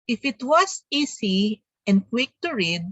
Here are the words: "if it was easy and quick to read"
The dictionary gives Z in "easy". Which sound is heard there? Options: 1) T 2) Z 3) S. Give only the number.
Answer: 3